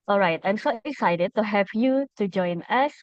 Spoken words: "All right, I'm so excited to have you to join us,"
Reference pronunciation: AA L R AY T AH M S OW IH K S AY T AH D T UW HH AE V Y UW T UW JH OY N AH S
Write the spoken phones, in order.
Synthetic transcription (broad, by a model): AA L R AY T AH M S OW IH S AY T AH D T UW HH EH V Y UW T UW JH OY N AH S